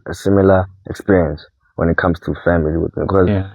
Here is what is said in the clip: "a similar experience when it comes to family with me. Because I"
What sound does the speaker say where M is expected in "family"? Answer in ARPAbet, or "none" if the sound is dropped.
M